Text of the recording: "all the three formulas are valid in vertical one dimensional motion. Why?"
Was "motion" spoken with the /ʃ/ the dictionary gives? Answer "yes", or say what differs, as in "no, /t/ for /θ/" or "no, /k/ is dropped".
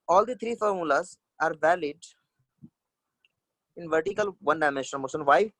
no, /s/ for /ʃ/